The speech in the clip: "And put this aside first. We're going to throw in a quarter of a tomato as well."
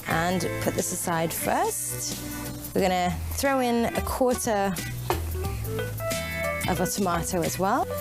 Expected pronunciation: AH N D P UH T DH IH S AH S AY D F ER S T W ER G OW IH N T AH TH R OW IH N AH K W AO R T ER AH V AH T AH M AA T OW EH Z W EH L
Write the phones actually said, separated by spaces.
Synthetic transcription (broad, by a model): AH N P UH T DH IH S AH S AY D F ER S T W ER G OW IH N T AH TH R OW IH N AH K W AO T T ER AH V AH T AH M AA T OW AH Z W EH L